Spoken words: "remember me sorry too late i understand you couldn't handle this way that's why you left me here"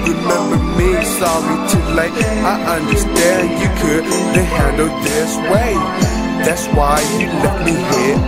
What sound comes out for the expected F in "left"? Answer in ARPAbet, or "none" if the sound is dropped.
none